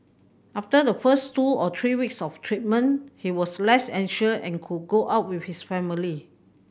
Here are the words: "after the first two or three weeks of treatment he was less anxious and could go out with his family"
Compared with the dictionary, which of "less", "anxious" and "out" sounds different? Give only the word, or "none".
anxious